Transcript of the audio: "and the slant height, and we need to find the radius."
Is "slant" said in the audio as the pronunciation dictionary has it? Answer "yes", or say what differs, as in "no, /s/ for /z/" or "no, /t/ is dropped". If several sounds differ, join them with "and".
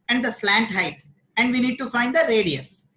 yes